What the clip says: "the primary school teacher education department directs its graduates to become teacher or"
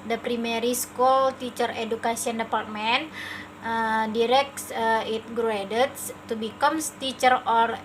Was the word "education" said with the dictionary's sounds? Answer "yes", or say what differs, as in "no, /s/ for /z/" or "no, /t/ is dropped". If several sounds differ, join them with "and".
no, /s/ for /ʃ/